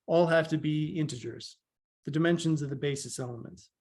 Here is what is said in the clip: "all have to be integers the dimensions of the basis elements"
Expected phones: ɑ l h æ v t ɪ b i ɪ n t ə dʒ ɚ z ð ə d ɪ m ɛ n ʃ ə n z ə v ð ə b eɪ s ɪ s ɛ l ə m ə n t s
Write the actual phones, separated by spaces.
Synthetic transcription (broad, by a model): ɑ l h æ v t ɪ b i ɪ n t ə dʒ ɚ z ð ə d ɪ m ɛ n ʃ ə n z ə v ð ə b eɪ s ɪ s ɛ l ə m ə n t s